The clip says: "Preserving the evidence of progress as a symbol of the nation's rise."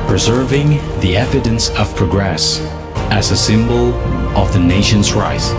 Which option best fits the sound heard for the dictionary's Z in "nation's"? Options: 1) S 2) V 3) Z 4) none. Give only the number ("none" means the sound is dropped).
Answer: 3